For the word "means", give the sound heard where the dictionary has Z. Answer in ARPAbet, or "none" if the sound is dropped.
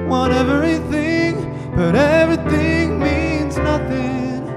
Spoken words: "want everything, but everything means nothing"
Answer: Z